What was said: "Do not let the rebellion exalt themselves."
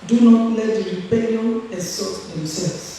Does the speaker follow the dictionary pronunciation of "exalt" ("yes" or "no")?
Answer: no